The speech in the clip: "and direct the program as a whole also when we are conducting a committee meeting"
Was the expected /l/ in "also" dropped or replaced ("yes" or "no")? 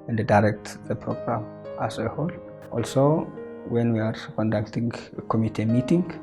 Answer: no